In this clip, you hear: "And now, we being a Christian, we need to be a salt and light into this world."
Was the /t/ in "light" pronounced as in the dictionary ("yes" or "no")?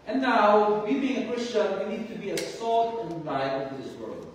no